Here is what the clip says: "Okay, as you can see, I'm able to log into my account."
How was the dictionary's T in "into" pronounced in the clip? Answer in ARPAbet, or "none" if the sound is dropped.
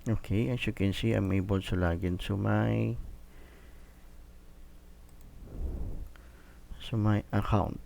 S